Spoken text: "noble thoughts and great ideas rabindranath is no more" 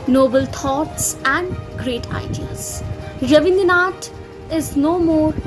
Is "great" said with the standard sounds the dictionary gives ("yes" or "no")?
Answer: yes